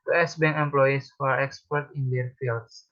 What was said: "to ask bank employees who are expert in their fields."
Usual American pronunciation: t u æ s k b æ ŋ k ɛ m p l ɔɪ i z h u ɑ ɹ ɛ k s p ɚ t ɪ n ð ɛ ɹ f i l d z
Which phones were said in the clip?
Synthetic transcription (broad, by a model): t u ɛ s b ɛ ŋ ɛ m p l ɔɪ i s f ɑ ɹ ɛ k s p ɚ t ɪ n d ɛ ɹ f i l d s